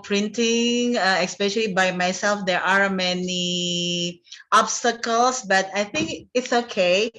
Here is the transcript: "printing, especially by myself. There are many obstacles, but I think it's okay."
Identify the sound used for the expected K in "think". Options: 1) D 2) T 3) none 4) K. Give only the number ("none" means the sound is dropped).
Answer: 4